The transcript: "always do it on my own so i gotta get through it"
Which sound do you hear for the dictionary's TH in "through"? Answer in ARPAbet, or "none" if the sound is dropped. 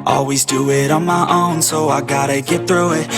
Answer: TH